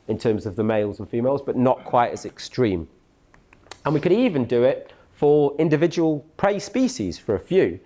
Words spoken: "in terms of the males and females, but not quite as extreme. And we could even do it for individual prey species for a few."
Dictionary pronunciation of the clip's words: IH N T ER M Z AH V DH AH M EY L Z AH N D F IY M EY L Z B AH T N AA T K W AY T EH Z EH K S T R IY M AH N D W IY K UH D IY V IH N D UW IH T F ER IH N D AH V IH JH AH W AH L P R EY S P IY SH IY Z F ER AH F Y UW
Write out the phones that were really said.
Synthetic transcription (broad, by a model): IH N T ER M Z AH V DH AH M EY L Z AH N F IY M EY L Z B AH T N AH T K W AY T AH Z EH K S T R IY M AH N W IY K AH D IY V IH N D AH IH T F ER IH N D AH V IH JH AH W AH L P R EY S P IY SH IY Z F ER AH F Y UW